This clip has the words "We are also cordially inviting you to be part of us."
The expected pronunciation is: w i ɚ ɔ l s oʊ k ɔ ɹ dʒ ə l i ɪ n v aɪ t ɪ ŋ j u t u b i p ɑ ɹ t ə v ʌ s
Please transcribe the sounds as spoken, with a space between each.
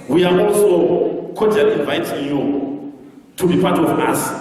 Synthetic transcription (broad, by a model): w i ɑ ɔ l s oʊ k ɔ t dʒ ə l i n v aɪ t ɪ ŋ j u t u b i p ɑ t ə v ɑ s